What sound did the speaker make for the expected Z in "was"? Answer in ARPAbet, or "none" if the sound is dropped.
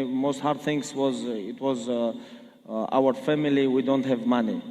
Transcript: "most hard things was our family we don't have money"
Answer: Z